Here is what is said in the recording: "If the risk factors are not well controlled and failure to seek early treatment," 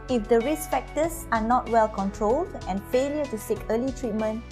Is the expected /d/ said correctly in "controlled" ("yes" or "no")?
yes